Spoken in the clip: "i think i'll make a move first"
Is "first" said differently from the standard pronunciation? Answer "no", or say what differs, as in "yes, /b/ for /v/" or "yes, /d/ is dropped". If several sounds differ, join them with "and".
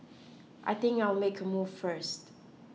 no